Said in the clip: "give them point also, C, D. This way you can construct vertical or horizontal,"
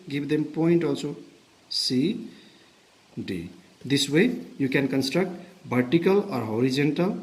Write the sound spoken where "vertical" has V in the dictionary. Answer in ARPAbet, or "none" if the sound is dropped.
B